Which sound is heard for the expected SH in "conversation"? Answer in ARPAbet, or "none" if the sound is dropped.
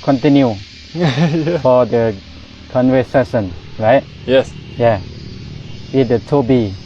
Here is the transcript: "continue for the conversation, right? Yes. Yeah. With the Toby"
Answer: S